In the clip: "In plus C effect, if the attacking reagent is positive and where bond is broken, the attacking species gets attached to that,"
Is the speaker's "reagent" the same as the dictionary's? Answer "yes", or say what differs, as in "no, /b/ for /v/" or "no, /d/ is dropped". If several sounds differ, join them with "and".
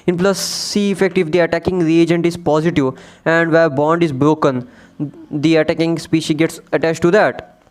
yes